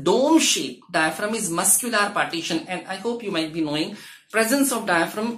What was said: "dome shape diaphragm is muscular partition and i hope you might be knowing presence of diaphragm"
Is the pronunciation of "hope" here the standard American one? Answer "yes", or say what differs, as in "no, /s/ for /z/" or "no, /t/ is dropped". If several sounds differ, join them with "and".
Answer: yes